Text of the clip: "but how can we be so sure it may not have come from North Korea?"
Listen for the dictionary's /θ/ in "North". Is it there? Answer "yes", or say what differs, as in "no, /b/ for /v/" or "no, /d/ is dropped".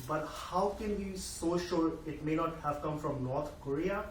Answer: no, /t/ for /θ/